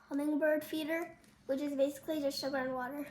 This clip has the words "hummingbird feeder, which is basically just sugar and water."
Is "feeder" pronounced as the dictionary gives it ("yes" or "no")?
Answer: yes